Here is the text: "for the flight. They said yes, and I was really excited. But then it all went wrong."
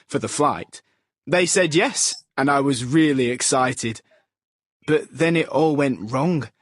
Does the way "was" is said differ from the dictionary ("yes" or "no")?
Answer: no